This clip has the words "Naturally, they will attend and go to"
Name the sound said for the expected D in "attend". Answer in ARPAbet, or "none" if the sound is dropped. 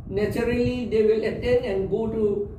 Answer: none